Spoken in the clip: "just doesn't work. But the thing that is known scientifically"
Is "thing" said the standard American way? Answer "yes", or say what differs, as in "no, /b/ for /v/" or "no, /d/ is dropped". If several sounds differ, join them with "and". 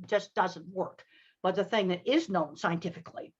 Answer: yes